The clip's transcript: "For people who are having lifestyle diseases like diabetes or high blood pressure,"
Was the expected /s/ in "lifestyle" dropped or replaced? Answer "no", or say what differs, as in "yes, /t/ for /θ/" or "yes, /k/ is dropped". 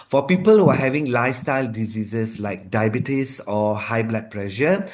no